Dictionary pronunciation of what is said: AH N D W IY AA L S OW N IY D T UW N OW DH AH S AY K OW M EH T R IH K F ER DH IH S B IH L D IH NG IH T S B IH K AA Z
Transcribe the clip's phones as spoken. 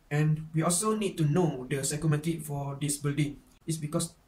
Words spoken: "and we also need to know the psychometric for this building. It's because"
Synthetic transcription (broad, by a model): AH N W IY AA L S OW N IY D T UW N OW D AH S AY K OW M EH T IH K F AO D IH S B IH L D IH NG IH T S B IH K AA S